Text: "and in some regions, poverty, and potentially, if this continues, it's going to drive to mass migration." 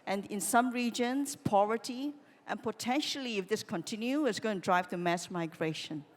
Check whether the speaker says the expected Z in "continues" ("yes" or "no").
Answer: no